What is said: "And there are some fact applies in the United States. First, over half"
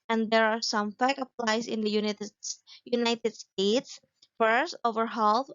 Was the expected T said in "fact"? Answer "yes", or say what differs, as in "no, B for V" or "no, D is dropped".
no, T is dropped